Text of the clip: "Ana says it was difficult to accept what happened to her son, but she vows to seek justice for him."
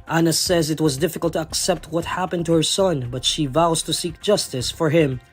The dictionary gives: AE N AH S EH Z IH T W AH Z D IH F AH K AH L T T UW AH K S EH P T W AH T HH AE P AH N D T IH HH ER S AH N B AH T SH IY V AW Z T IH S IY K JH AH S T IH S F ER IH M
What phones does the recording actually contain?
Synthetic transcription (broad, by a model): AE N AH S EH Z IH T W AH Z D IH F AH K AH L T T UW AH K S EH P T W AH T HH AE P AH N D T IH HH ER S AH N B AH T SH IY V AW Z T IH S IY K JH AH S T IH S F ER IH M